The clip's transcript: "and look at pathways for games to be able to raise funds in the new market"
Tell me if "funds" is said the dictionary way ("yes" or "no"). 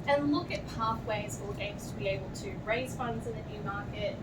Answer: yes